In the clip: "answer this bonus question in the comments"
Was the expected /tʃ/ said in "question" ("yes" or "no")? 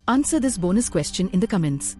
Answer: yes